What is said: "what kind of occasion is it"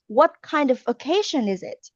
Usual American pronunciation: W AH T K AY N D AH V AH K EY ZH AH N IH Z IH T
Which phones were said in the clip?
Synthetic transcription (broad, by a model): W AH T K AY N D AH V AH K EY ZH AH N IH Z IH T